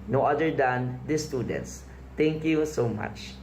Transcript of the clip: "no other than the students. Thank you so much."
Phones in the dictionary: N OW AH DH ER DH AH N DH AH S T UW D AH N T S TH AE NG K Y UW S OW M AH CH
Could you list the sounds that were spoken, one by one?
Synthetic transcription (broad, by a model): N OW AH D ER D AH N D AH S T UW D AH N T S T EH NG K Y UW S OW M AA CH